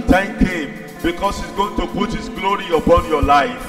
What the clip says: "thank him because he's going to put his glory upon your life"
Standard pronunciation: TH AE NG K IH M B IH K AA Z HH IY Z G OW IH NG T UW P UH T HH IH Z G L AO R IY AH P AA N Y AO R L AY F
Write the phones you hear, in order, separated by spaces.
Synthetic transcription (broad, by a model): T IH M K IH M B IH K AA S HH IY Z G OW IH NG T UW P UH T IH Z G L AO R IY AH B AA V Y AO L AY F